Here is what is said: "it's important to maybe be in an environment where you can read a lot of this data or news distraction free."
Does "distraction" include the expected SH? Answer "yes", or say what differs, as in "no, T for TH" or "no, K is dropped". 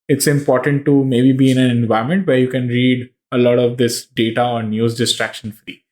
yes